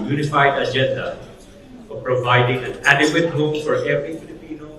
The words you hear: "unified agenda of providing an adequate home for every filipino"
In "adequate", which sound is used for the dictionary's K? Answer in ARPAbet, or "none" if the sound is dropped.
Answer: none